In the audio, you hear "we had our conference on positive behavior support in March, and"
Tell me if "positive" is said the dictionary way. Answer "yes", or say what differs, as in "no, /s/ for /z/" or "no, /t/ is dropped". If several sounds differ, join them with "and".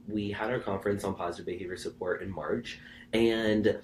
yes